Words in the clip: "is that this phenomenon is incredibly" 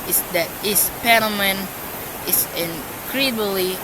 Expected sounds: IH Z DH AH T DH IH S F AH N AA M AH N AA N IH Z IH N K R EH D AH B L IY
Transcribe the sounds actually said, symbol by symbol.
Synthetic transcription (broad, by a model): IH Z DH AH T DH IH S P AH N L M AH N N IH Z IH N K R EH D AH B L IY